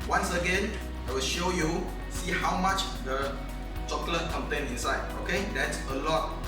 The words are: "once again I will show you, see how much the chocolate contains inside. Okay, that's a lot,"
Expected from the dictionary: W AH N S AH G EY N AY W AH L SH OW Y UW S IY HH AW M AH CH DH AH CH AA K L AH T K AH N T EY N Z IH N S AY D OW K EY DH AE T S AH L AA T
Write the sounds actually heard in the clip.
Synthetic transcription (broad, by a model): W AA N S AH G EY N AY W AH L SH OW Y UW S IY HH AW M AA CH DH AH CH AA K L AH T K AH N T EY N IH N S AY D OW K EY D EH T S AH L AA T